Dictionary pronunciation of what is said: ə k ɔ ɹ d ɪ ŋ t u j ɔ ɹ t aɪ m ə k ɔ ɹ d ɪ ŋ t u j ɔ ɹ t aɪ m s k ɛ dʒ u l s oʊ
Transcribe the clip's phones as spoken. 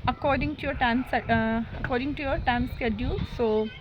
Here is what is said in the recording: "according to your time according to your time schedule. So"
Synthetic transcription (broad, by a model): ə k ɔ ɹ d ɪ ŋ t u j ɔ ɹ t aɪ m ə k ɔ ɹ d ɪ ŋ t u j ɔ ɹ t aɪ m s k ɛ dʒ u l s oʊ